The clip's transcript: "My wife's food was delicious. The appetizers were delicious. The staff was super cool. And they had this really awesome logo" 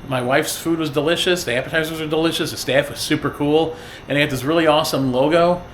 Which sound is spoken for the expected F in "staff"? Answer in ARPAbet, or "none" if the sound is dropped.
F